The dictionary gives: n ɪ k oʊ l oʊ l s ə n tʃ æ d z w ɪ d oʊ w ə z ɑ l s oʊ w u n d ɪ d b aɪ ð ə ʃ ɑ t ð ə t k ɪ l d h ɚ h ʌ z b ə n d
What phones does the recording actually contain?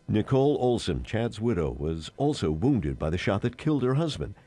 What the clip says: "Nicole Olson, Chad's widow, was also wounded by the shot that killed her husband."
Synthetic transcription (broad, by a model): n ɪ k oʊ l oʊ l s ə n tʃ æ d z w ɪ d oʊ w ə z ɑ l s oʊ w u n d ɪ d b aɪ ð ə ʃ ɑ t ð ə t k ɪ l d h ɚ h ʌ z b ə n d